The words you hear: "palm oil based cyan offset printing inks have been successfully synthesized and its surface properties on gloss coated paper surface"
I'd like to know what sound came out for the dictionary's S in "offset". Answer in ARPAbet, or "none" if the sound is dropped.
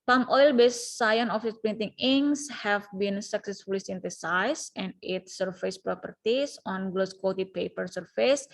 none